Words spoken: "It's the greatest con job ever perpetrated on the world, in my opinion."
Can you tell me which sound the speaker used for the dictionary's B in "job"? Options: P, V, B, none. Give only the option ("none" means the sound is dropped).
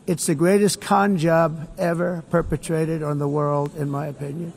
B